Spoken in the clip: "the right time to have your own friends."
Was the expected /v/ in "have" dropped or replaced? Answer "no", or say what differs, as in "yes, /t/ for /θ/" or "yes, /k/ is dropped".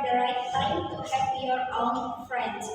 yes, /p/ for /v/